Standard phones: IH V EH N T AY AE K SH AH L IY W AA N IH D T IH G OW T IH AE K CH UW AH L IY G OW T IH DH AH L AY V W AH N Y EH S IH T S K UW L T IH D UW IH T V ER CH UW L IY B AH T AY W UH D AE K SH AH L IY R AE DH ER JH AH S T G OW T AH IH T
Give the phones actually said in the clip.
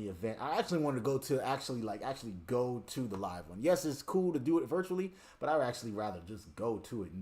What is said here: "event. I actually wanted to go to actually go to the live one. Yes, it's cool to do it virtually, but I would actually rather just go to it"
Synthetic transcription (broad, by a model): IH V EH N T AY AE K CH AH L IY W AA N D T IH G OW T IH AE K CH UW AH L IY G OW T IH DH AH L AY V W AH N Y EH S IH T S K UW L T IH D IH IH T V ER CH UW L IY B AH T AY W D AE K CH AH L IY R AE DH ER JH AH S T G OW T AH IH T